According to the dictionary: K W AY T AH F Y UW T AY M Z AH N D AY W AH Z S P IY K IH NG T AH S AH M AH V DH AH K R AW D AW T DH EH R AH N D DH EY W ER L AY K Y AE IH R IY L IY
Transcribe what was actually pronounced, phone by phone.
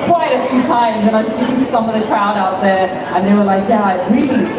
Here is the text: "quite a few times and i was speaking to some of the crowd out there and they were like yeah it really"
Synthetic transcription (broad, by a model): K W AY T AH F Y UW T AY M Z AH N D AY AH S IY S AH M AH V DH AH K R AW D AW T DH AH R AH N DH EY W ER L AY K Y AE IH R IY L IY